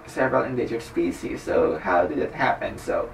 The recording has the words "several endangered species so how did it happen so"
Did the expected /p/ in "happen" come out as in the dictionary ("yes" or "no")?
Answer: yes